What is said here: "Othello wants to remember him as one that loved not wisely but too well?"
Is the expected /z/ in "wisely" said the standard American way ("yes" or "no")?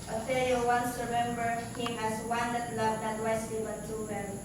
no